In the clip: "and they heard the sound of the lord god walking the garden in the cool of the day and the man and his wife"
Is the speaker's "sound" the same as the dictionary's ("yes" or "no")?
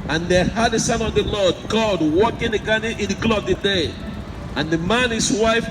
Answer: no